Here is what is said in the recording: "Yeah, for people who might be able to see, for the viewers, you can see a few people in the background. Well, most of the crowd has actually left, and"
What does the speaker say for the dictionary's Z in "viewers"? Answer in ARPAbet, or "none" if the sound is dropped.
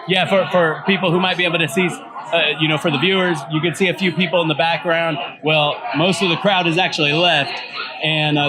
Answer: Z